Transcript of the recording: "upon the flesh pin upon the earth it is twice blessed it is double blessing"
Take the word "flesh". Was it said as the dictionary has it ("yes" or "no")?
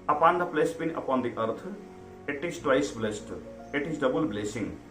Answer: no